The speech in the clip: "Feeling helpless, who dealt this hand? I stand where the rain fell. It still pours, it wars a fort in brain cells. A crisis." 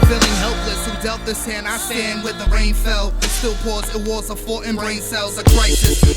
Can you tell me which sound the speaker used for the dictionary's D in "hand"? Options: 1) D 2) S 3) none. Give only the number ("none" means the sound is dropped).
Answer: 3